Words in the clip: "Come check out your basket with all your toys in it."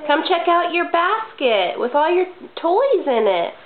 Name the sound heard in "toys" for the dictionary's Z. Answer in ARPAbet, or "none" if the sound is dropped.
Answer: Z